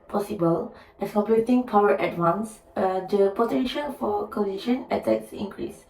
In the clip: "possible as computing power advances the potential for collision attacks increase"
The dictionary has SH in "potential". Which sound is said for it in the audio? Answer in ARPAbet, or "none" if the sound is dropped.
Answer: SH